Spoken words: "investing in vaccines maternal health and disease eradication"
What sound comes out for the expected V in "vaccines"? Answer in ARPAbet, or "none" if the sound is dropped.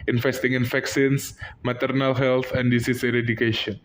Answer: F